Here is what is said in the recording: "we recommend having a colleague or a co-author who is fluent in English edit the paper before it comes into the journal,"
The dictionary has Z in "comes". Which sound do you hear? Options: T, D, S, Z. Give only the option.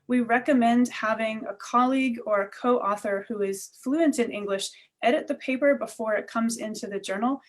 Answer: Z